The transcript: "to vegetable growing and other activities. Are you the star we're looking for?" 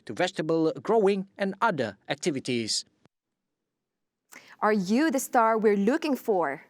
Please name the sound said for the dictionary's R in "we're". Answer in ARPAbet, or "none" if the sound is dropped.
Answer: R